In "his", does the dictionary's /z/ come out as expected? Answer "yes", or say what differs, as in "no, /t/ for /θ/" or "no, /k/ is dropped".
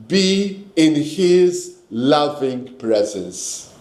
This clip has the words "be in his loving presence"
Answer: yes